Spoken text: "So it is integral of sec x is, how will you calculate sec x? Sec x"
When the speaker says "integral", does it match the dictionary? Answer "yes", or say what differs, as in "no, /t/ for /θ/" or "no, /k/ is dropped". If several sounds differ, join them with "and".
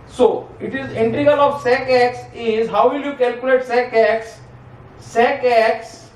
no, /ɹ/ is dropped